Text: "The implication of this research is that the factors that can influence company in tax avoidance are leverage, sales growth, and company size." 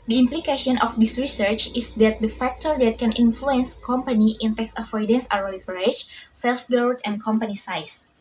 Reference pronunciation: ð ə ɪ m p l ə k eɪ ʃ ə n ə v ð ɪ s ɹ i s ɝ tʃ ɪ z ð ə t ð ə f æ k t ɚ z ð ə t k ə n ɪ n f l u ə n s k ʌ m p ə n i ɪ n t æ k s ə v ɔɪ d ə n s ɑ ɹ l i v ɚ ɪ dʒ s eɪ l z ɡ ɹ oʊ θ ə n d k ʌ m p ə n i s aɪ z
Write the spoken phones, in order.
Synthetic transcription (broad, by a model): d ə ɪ m p l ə k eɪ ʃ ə n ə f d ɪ s ɹ i s ɝ tʃ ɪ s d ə t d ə f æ k t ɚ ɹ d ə t k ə n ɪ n f l u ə n s k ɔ m p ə n i ɪ n t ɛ k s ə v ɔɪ d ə n s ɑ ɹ l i f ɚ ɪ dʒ s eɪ l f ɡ oʊ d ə n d k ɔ m p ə n i s aɪ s